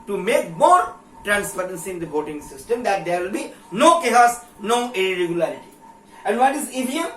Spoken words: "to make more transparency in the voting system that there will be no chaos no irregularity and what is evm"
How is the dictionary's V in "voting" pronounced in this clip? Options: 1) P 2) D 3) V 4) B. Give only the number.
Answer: 4